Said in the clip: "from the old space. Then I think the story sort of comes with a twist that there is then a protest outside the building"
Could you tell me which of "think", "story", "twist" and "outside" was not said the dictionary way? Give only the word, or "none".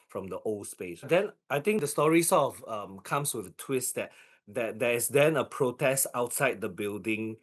think